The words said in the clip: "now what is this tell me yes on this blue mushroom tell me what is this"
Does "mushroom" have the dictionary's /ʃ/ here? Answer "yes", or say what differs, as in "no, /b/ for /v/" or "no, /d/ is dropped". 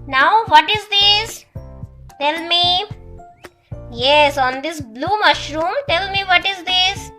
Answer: yes